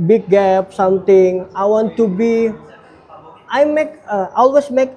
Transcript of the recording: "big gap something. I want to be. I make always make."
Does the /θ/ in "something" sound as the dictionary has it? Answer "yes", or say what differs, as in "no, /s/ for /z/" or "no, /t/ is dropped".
no, /t/ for /θ/